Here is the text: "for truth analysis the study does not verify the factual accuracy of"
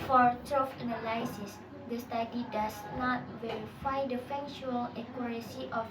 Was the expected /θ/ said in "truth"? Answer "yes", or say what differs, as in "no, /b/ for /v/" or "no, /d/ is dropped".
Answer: no, /f/ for /θ/